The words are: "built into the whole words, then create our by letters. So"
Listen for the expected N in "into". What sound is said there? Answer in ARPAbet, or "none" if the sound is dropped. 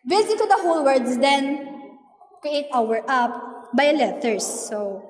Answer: none